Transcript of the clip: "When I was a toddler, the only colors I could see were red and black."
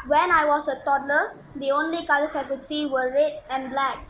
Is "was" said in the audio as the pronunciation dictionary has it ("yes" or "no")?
no